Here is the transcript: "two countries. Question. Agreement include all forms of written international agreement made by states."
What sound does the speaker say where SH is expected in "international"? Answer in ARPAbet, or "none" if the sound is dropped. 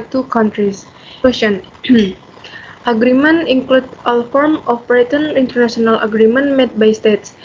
S